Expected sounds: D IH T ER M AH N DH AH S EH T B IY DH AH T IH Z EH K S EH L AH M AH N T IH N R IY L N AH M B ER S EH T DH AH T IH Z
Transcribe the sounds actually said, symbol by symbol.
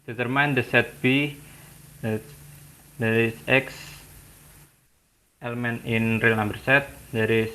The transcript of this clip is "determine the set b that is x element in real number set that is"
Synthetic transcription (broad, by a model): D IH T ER M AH N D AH S EH T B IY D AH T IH S EH K S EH L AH M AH N IH N R IY L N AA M B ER S EH T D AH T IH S